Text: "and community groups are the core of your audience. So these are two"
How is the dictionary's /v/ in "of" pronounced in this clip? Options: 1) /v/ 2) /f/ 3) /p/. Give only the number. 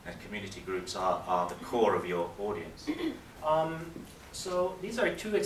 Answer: 1